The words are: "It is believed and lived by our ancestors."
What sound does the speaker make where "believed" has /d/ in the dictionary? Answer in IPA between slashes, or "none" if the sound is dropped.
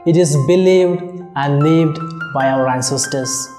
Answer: /d/